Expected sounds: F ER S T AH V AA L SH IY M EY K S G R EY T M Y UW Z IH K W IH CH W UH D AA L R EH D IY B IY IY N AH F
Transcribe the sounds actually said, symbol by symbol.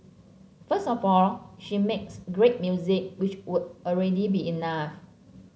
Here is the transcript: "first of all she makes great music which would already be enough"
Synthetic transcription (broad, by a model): F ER S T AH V AA L SH IY M EY K S G R EY T M Y UW Z IH K W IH CH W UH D AA L R EH D IY B IY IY N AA F